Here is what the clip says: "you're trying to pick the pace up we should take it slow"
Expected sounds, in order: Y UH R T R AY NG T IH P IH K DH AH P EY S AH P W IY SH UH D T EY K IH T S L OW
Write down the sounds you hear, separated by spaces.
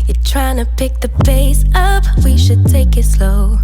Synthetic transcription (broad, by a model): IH T R AY NG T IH P IH K DH AH B EY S AH P W IY SH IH D T EY K IH T S L OW